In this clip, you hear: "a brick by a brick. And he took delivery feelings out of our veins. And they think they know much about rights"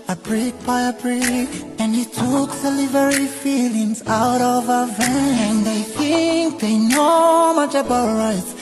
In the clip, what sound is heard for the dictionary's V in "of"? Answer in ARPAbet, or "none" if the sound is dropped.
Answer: V